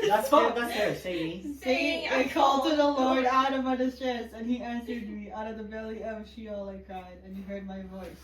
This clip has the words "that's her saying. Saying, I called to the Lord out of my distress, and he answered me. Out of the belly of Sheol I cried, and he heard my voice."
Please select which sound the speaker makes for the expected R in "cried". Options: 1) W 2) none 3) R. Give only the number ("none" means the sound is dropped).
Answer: 2